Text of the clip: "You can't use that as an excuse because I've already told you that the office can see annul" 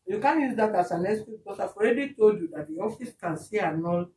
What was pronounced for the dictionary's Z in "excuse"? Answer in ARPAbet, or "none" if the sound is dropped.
none